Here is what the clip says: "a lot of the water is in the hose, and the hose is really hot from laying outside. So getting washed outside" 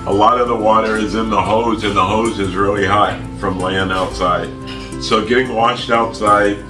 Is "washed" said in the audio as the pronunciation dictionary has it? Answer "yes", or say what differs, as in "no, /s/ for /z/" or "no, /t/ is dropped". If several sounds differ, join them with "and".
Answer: yes